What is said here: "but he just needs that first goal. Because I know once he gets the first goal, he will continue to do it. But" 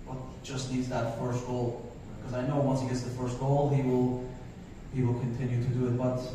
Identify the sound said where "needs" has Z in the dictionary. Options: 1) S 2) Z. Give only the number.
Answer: 2